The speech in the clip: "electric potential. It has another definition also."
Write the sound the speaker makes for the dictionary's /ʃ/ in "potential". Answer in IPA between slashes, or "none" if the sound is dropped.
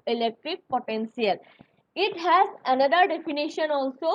/s/